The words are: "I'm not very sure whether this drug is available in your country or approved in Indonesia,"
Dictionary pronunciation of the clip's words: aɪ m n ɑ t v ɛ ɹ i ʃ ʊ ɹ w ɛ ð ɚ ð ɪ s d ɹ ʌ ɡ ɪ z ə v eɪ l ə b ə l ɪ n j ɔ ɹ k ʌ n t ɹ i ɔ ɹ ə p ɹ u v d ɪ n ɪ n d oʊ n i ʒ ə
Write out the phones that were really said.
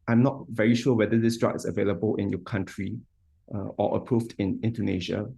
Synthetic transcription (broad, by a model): aɪ m n ɑ t v ɛ ɹ i ʃ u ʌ w ɛ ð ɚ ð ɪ s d ɹ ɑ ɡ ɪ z ə v eɪ l ə b ə l ɪ n j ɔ k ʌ n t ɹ i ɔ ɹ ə p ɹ u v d ɪ n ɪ n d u n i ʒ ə